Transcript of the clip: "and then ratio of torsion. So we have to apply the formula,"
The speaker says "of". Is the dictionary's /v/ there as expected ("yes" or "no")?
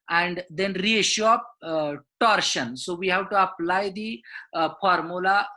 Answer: no